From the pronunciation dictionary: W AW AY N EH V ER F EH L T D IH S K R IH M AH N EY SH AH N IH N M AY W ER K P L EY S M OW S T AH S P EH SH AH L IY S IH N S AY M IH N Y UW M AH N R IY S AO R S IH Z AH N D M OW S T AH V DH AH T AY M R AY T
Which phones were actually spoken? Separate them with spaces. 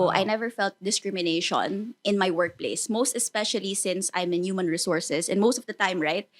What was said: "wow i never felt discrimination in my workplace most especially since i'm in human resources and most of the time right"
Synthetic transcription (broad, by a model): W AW AY N EH V ER F EH L T D IH S K R IH M AH N EY SH AH N IH N M AY W ER K P L EY S M OW S T AH S P EH SH AH L IY S IH N S AY M IH N Y UW M AH N R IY S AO R S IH S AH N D M OW S T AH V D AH T AY M R AY T